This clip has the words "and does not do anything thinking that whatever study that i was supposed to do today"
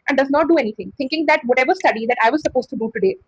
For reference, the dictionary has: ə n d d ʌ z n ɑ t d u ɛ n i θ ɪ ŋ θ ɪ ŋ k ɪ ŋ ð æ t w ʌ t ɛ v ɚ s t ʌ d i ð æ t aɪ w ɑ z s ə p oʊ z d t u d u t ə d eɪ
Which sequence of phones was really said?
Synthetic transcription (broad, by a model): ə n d d ʌ z n ɑ t d u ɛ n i t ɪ ŋ t ɪ ŋ k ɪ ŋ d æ t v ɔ t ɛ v ɚ s t ʌ d i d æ t aɪ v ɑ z s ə p oʊ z t u d u t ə d eɪ